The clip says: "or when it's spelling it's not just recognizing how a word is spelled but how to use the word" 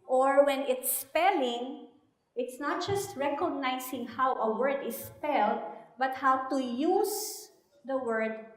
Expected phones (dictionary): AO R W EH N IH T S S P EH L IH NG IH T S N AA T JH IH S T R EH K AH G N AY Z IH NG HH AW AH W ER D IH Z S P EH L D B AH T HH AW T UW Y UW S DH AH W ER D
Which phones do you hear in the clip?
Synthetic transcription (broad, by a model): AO R W EH N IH T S S P EH L IH NG IH T S N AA T JH IH S T R EH K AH G N AY S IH NG HH AW AH W ER D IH S P EH L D B AH T HH AW T UW Y UW S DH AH W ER D